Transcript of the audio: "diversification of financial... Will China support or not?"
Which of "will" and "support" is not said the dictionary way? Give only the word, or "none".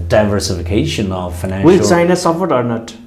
support